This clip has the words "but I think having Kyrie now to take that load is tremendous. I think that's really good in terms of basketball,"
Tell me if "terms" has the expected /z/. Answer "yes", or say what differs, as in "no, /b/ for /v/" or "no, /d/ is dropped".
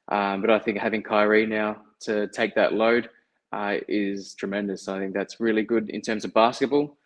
yes